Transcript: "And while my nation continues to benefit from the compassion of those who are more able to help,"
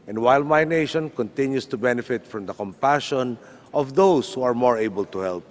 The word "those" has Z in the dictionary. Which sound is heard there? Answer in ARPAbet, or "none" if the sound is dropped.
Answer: S